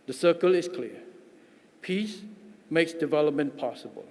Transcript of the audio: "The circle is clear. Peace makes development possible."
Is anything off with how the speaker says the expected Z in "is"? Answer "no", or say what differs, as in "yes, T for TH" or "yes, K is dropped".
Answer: yes, S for Z